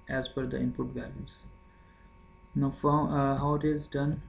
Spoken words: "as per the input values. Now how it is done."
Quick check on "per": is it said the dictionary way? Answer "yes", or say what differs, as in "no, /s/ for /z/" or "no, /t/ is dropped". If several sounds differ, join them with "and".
no, /f/ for /p/